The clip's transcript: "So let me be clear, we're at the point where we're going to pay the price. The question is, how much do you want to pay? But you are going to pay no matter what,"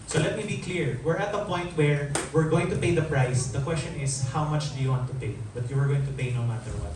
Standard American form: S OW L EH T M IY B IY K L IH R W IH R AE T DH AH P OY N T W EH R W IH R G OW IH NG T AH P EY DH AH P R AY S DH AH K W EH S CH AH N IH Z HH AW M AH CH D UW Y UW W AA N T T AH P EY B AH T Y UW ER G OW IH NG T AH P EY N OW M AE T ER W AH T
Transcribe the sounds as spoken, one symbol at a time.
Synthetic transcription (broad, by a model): S OW L EH T M IY B IY K L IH R W IH R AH T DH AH P OY N T W EH R W IH R G OW IH NG T AH P EY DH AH P R AY S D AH K W EH S CH AH N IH S HH AW M AH CH D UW Y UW W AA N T T AH P EY B AH T Y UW ER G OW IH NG T AH P EY N OW M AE T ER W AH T